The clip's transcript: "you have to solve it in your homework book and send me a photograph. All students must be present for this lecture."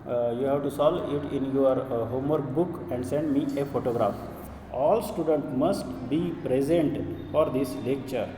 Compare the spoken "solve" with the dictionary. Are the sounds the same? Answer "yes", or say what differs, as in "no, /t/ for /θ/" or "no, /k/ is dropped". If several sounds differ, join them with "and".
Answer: no, /v/ is dropped